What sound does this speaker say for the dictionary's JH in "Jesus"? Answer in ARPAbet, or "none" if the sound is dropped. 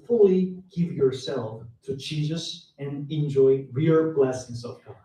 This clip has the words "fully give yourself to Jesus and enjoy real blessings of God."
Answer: CH